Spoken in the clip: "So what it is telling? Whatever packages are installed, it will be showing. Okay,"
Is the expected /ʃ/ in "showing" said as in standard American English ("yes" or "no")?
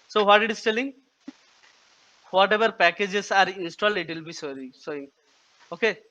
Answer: no